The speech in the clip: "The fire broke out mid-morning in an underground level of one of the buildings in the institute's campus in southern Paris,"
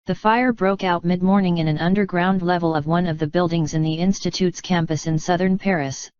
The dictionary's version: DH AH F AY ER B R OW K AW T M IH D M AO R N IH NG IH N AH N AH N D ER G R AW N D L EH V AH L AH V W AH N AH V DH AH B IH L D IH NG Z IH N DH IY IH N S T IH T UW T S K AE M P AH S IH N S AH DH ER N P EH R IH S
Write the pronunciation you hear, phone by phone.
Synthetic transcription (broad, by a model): DH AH F AY ER B R OW K AW T M IH D M AO R N IH NG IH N AH N AH N D ER G R AW N D L EH V AH L AH V W AH N AH V DH AH B IH L D IH NG Z IH N DH IY IH N S T IH T UW T S K AE M P AH S IH N S AH DH ER N P EH R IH S